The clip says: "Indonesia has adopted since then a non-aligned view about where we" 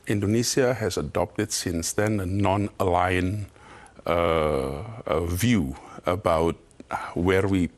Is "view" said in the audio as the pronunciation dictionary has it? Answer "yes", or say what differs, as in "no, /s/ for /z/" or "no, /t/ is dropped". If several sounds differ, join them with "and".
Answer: yes